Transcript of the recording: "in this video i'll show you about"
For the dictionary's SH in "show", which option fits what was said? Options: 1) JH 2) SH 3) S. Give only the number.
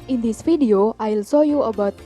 3